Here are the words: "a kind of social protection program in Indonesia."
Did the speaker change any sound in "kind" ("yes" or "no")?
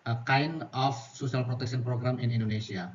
yes